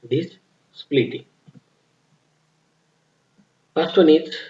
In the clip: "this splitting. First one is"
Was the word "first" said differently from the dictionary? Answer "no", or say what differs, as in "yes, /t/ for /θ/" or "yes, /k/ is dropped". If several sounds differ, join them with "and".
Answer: yes, /p/ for /f/